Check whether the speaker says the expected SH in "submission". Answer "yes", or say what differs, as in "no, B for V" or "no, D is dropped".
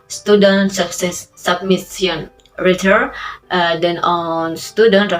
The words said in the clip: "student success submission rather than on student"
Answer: no, S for SH